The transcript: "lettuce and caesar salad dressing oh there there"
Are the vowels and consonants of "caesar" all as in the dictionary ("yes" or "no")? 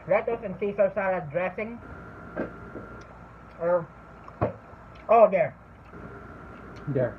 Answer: no